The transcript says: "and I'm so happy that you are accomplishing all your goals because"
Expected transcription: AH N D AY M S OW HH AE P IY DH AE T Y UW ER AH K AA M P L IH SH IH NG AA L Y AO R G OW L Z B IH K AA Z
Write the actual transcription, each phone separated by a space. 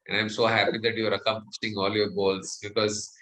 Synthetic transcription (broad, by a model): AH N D AY M S OW HH AE P IY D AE T Y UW ER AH K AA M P IH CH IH NG AA L Y AO R G OW L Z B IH K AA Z